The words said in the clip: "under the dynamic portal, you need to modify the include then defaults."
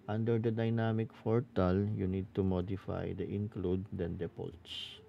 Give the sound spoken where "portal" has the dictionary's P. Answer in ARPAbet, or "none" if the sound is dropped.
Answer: F